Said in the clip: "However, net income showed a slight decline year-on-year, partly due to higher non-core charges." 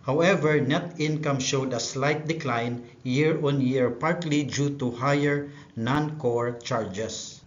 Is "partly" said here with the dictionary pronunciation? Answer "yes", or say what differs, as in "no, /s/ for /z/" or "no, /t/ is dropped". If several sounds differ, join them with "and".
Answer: yes